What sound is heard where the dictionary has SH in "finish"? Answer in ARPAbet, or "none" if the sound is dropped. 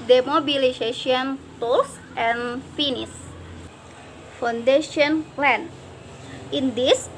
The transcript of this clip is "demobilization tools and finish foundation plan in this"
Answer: S